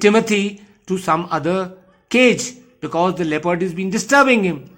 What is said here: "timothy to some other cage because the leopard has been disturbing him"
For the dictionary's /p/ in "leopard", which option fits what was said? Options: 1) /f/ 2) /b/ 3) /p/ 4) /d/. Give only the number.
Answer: 3